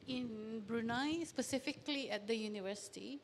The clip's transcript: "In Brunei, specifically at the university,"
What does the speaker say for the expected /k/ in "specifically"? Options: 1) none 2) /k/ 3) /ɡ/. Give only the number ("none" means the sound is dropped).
2